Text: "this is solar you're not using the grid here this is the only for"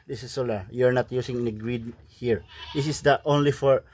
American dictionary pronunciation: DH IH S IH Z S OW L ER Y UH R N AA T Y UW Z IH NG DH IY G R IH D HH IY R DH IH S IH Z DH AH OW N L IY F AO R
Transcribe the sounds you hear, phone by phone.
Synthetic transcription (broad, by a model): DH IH S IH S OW L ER Y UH R N AA T Y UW S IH NG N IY G R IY D HH IY R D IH S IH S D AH OW N L IY F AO R